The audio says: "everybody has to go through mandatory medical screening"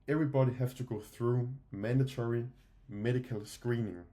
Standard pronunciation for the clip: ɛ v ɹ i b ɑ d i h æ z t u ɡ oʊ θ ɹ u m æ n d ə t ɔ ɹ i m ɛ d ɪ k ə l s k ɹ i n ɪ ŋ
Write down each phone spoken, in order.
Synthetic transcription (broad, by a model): ɛ v ɹ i b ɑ d i h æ s t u ɡ oʊ θ ɹ u m æ n d ə t ɔ ɹ i m ɛ d ɪ k ə l s k ɹ i n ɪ ŋ